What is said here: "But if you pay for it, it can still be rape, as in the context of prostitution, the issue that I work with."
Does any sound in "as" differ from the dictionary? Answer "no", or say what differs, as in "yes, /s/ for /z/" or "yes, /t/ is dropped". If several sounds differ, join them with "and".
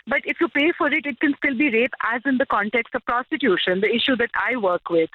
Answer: no